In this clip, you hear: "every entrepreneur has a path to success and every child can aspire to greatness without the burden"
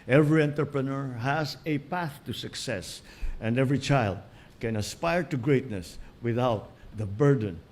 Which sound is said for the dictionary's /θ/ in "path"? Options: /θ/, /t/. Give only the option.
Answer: /θ/